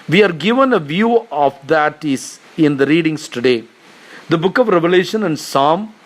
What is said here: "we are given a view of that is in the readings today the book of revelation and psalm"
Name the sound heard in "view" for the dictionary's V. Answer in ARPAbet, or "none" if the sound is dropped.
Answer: V